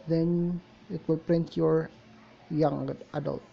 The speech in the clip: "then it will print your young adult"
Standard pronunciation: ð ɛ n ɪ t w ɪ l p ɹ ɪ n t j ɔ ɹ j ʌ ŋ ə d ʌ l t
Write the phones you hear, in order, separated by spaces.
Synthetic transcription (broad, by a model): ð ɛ n ɪ t w ɪ l p ɹ ɪ n t j ɔ ɹ j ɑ ŋ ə d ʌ l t